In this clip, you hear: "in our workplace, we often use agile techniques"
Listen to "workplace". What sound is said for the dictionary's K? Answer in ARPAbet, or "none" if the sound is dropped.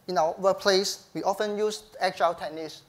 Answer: none